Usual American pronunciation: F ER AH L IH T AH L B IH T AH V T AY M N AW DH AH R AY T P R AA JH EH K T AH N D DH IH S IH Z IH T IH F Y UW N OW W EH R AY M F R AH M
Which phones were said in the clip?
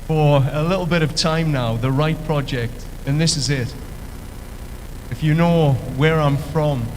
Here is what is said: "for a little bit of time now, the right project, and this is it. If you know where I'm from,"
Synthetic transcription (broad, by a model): F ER AH L IH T L B IH T AH V T AY M N AW DH AH R AY T P R AA JH EH K T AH N DH IH S IH Z IH T IH F Y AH N OW W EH R AY M F R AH M